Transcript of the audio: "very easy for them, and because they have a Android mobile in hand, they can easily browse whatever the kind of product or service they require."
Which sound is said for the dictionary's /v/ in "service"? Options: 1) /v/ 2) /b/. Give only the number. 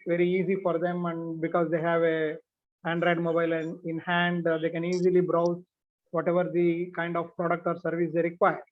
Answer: 1